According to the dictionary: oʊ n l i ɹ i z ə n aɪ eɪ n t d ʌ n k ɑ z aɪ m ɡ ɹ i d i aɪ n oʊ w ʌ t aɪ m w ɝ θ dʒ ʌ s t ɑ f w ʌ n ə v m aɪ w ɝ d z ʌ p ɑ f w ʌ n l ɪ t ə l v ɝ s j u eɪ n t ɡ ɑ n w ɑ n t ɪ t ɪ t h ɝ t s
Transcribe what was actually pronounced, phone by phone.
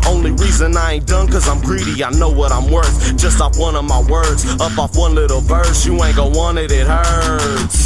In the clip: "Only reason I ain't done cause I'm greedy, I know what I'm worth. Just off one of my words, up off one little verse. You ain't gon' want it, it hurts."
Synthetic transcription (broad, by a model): oʊ n l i ɹ i z ə n aɪ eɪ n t d ʌ n k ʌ z aɪ m ɡ ɹ i d i aɪ n oʊ w ʌ t aɪ m w ɝ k dʒ ʌ s t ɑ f w ʌ n ə v m aɪ w ɝ d z ʌ p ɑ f w ʌ n l ɪ t l b ɝ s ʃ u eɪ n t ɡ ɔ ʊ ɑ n ɪ t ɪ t h ɝ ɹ